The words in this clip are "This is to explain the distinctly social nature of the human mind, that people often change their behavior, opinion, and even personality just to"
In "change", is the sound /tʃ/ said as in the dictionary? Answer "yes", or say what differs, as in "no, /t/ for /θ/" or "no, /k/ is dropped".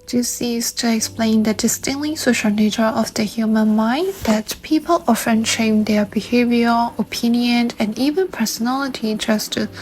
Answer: no, /ʃ/ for /tʃ/